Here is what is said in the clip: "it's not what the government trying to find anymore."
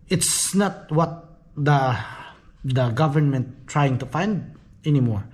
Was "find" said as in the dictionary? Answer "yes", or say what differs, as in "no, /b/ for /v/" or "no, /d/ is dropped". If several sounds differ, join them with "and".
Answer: yes